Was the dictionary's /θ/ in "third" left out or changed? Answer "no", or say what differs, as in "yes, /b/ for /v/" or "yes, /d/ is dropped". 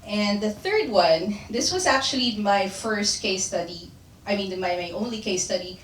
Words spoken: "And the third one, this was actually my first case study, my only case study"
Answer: no